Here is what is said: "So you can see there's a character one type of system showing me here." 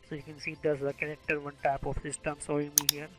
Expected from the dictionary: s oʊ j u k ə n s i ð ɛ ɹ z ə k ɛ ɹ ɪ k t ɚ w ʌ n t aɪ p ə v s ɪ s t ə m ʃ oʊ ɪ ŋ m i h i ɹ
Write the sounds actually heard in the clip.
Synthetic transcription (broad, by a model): s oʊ j u k ə n s i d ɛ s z ə k ɛ ɹ ɪ k t ɚ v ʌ n t aɪ p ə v s ɪ s t ə m s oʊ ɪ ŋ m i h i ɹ